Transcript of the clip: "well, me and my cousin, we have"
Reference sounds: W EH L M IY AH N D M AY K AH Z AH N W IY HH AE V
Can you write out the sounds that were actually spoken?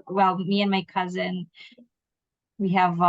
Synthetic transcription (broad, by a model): W EH L M IY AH N M AY K AH Z AH N W IY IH V